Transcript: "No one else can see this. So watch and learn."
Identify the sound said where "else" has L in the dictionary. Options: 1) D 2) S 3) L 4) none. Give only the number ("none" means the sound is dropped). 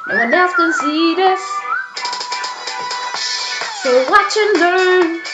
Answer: 4